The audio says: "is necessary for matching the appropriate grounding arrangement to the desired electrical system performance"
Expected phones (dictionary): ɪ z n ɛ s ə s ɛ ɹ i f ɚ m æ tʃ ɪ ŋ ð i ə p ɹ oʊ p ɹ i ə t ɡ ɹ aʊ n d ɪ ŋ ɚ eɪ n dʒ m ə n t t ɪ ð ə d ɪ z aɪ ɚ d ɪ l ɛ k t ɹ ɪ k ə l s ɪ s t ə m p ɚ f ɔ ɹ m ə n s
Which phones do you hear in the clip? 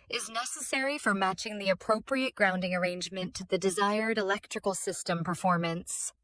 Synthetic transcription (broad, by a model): ɪ z n ɛ s ə s ɛ ɹ i f ɚ m æ tʃ ɪ ŋ ð i ə p ɹ oʊ p ɹ i ə t ɡ ɹ aʊ n d ɪ ŋ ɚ eɪ n dʒ m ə n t t ɪ ð ə d ɪ z aɪ ɚ d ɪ l ɛ k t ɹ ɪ k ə l s ɪ s t ə m p ɚ f ɔ ɹ m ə n s